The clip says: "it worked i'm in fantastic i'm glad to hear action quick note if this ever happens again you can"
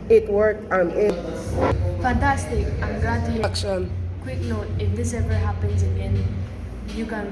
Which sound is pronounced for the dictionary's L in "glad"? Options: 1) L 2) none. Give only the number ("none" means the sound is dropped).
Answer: 2